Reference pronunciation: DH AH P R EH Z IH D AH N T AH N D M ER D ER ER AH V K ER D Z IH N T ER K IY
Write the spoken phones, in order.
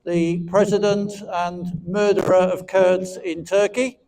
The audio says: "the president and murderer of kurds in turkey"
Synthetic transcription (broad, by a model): DH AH P R EH Z IH D AH N T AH N M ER D ER ER AH V K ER D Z IH N T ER K IY